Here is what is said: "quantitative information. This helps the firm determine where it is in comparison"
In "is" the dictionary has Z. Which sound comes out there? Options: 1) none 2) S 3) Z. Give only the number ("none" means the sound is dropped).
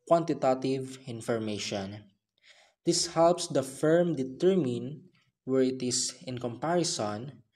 2